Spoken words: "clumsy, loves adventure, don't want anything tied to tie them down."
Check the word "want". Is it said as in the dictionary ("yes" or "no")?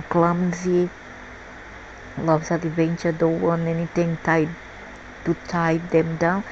no